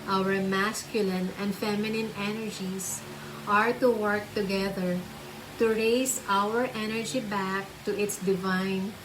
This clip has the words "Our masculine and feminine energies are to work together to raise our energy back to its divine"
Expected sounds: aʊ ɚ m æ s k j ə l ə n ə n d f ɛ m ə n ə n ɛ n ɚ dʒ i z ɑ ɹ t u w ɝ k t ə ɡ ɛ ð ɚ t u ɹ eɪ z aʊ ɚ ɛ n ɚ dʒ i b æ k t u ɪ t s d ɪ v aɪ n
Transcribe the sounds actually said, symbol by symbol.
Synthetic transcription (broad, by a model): aʊ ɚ m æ s k j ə l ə n ə n d f ɛ m ə n ə n ɛ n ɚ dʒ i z ɑ ɹ t u w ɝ k t ə ɡ ɛ ð ɚ t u ɹ eɪ s aʊ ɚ ɛ n ɚ dʒ i b æ k t u ɪ t s d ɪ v aɪ n